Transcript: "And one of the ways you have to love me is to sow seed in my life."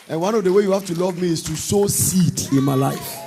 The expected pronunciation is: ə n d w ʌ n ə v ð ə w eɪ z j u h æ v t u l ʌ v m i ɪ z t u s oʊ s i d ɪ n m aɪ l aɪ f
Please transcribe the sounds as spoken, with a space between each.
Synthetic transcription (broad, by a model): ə n w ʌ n ə v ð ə w eɪ j u h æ f t u l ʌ v m i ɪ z t u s oʊ s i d ɪ n m aɪ l aɪ f